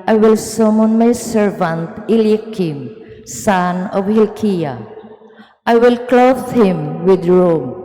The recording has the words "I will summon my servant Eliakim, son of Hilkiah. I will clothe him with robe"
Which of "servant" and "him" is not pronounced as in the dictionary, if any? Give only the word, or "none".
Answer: none